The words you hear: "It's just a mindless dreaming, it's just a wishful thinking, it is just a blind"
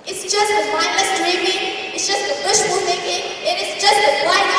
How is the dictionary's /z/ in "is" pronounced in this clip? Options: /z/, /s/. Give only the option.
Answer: /s/